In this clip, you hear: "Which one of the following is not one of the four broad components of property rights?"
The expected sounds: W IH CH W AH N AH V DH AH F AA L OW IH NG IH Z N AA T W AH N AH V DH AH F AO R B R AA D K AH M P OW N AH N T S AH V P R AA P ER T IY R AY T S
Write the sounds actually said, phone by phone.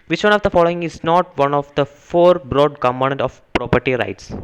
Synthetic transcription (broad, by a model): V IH CH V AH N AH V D AH F AA L OW IH NG IH Z N AA T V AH N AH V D AH F AO R B R AA D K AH M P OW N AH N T AH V P R AA P ER T IY R AY T S